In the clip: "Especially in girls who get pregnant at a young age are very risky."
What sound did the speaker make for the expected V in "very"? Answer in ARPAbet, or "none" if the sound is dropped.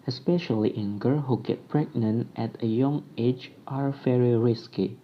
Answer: F